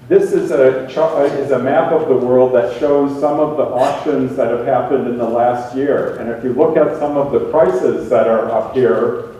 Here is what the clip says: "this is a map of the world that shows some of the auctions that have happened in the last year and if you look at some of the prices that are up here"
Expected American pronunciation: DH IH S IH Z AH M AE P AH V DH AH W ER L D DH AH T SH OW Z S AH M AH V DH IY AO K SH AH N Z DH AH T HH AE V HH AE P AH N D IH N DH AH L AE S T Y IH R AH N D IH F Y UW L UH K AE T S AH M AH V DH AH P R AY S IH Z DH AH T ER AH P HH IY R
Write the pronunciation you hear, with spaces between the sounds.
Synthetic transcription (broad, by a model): DH IH S IH Z AH M AE P AH V DH AH W ER L D DH AH T SH OW Z S AH M AH V DH IY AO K SH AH N Z DH AH T HH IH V HH AE P AH N D IH N DH AH L AE S T Y IH R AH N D IH F Y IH L UH K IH T S AH M AH V DH AH P R AY S IH Z DH AH T ER AH P HH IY R